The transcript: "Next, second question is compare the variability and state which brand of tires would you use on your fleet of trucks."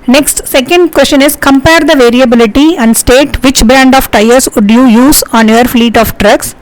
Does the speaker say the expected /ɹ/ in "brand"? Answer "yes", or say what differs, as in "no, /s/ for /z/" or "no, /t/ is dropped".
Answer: no, /ɹ/ is dropped